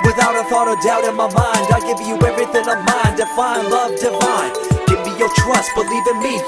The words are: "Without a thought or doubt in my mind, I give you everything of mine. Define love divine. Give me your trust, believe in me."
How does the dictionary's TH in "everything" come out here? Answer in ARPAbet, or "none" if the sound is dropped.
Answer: TH